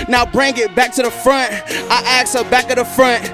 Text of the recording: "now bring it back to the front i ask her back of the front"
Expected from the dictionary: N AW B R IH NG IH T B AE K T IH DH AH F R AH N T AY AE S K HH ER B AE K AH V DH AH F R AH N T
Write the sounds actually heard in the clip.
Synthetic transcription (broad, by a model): N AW B R IH NG IH T B AE K T IH DH AH F R AH N T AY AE K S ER B AE K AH DH AH F R AH N T